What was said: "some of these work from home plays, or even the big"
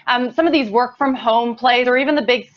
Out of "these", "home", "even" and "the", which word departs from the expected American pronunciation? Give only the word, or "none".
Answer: none